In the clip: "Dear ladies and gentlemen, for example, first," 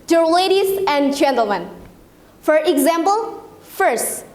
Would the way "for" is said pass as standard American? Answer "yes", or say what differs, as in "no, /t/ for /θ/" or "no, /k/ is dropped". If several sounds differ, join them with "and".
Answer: yes